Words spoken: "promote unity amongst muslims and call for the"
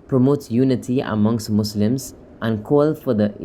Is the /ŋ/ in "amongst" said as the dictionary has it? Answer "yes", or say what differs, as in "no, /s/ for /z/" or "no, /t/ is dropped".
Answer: yes